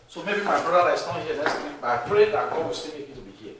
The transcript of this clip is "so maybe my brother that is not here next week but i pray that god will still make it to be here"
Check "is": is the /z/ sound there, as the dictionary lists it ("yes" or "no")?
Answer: no